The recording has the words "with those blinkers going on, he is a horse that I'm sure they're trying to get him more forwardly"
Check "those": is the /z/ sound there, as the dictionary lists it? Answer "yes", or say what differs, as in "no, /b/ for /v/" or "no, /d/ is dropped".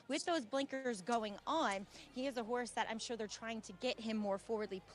yes